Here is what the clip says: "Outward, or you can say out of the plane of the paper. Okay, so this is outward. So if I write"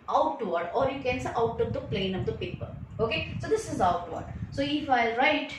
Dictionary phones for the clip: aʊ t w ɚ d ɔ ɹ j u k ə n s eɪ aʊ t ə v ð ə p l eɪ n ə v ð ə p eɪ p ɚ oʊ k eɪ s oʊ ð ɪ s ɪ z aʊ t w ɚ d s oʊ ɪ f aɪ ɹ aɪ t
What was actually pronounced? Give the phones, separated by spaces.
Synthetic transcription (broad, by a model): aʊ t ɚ d ɔ ɹ j u k ə n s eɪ aʊ t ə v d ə p l eɪ n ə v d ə p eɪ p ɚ oʊ k eɪ s oʊ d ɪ s ɪ z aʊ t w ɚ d s oʊ ɪ f aɪ ɹ aɪ t